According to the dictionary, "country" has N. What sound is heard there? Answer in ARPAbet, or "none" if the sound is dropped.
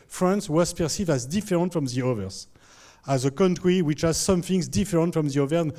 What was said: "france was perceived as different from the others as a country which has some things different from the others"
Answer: N